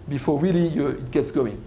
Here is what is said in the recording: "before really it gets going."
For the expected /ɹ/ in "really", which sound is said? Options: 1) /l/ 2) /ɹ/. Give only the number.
1